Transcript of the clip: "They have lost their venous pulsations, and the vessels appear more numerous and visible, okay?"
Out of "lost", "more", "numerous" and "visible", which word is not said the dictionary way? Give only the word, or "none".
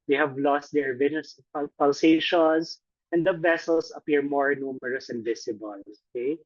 visible